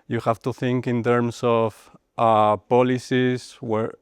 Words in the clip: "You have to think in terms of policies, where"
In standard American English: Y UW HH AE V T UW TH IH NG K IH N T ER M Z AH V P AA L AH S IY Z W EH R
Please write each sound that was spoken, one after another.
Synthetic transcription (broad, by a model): Y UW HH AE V T UW TH IH NG K IH N T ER M S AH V P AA L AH S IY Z W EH R